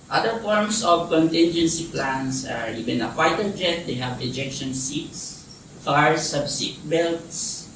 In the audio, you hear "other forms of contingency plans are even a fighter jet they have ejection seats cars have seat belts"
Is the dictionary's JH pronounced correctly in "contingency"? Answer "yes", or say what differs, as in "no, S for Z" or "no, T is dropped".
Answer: yes